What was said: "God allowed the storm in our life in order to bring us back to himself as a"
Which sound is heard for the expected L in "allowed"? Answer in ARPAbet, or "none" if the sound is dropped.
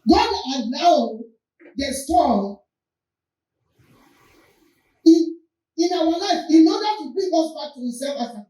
N